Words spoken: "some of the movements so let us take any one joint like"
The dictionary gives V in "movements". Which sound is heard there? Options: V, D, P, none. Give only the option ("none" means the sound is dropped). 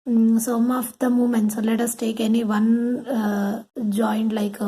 none